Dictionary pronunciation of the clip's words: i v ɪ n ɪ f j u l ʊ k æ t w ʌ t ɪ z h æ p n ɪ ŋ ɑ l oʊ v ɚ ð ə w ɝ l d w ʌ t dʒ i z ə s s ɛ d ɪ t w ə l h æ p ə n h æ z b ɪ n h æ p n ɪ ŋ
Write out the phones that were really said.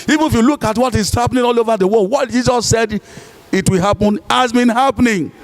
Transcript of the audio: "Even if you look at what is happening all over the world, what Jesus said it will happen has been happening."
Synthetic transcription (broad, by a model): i v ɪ n ɪ f j u l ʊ k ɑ t w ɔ t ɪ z h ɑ p n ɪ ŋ ɑ l oʊ v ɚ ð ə w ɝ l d w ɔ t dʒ i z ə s s ɛ d ɪ t w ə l h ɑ p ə n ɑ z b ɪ n h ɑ p n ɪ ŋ